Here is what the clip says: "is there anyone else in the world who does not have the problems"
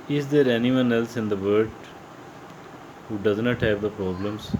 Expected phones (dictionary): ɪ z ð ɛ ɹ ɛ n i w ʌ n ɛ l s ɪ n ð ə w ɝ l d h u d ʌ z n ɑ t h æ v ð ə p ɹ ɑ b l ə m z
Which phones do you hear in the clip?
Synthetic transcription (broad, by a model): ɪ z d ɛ ɹ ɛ n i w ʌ n ɛ l s ɪ n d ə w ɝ d h u d ʌ z n ɑ t h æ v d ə p ɹ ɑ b l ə m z